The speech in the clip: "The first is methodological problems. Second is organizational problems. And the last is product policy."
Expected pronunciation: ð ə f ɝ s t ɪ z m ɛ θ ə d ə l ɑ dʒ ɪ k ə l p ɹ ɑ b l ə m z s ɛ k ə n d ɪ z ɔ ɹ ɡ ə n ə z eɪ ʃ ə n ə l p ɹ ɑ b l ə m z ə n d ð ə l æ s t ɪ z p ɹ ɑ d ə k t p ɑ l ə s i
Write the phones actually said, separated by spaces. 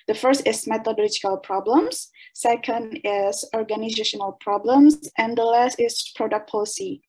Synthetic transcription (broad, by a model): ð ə f ɝ s t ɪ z m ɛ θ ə d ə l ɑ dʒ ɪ k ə l p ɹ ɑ b l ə m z s ɛ k ə n d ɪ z ɔ ɹ ɡ ə n ə z eɪ ʃ ə n ə l p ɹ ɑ b l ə m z ə n d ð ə l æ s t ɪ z p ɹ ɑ d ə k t p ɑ l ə s i